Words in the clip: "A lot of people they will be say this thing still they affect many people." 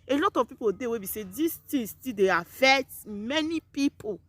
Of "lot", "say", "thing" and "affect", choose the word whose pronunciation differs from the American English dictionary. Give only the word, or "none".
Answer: thing